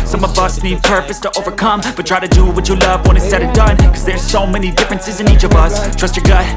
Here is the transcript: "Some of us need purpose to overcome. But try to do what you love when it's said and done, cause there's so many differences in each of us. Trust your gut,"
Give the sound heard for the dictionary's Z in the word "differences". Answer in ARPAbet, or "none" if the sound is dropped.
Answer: Z